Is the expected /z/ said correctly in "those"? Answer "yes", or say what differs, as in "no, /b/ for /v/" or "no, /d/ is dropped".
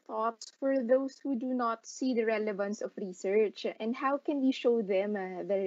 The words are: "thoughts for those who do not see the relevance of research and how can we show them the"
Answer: no, /s/ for /z/